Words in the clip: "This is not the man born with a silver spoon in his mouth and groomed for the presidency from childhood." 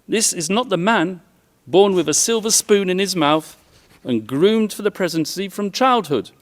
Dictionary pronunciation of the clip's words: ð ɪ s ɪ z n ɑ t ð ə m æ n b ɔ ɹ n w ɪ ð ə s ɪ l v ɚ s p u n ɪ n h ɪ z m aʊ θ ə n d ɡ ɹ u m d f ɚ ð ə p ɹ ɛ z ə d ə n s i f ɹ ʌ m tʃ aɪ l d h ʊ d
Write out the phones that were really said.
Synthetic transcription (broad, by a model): ð ɪ s ɪ z n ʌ t ð ə m æ n b ɔ ɹ n w ɪ ð ə s ɪ l v ɚ s p u n ɪ n ɪ z m aʊ θ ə n ɡ ɹ u m d f ɚ ð ə p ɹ ɛ z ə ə n s i f ɹ ʌ m tʃ aɪ l d h ʊ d